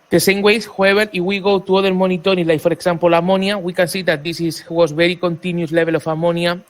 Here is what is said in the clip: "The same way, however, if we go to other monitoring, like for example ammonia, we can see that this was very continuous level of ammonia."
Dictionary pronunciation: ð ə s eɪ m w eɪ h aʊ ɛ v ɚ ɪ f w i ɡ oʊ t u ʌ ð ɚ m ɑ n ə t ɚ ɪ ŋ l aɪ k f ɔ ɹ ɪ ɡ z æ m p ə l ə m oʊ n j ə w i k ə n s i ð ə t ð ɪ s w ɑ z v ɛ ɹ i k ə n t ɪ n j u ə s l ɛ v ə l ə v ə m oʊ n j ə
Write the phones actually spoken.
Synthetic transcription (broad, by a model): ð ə s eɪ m w eɪ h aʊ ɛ b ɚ ɪ f w i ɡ oʊ t u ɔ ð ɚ m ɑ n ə t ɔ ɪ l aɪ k f ɔ ɹ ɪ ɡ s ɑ m p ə l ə m oʊ n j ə w i k ə n s i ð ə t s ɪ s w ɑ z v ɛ ɹ i k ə n t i n j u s l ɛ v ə l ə f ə m oʊ n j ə